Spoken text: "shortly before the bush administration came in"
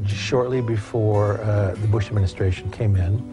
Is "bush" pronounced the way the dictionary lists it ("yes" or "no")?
yes